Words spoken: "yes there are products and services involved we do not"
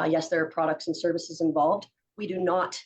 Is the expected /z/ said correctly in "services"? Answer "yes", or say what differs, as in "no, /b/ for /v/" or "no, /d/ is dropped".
yes